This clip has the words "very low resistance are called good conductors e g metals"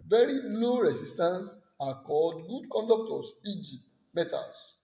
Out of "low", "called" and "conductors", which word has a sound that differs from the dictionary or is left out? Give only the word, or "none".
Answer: conductors